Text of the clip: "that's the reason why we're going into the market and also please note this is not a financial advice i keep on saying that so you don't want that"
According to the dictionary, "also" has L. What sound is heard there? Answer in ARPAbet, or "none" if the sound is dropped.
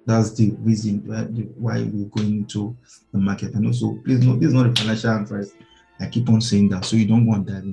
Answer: none